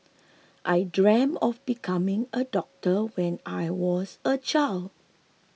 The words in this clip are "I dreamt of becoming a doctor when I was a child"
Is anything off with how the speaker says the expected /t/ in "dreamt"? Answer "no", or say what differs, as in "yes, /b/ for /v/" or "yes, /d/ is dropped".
yes, /t/ is dropped